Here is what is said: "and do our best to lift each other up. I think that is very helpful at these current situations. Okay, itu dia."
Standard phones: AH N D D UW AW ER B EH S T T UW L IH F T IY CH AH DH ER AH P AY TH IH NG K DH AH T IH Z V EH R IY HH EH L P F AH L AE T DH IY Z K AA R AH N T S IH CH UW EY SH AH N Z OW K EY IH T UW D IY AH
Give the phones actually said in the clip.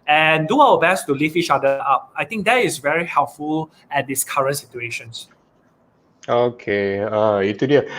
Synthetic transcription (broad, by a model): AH N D D UW AW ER B EH S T T UW L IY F IY CH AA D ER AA P AY T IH NG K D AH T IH S V EH R IY HH EH L P F AH L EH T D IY S K AA R AH N T S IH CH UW EY SH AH N S OW K EY IH T UW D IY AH